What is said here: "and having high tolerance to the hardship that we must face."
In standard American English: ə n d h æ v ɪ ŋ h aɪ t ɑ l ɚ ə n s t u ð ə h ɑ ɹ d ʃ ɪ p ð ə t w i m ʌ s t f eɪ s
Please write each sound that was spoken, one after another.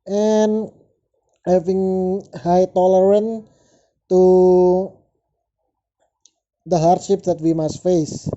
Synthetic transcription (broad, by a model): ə n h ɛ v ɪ ŋ h aɪ t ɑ l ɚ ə n t u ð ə h ɑ ɹ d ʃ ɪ p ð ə t w i m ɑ s t f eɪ s